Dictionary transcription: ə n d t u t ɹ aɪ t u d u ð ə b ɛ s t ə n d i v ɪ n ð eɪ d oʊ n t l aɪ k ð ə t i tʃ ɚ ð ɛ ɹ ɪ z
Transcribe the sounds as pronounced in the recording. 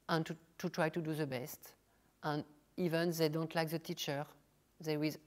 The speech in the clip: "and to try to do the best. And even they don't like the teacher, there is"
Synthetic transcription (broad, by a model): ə n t t u t ɹ aɪ t u d u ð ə b ɛ s t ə n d i v ɪ n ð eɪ d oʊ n t l aɪ k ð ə t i tʃ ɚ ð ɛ w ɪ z